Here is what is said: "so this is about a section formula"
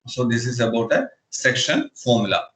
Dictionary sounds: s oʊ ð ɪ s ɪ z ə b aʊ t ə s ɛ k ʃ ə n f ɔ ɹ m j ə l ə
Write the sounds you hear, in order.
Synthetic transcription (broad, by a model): s oʊ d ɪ s ɪ z ə b aʊ t ə s ɛ k ʃ ə n f ɔ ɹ m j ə l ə